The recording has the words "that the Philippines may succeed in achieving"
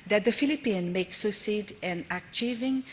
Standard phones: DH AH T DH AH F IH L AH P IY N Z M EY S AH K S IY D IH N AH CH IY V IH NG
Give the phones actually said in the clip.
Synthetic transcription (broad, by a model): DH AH T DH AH F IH L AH P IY N M EY S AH S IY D IH N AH CH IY V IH NG